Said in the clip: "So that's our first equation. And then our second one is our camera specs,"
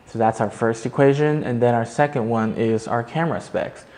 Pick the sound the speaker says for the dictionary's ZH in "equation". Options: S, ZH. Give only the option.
ZH